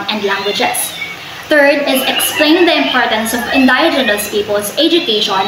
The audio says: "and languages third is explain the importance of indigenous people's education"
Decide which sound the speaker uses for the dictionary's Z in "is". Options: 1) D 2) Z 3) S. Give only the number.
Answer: 2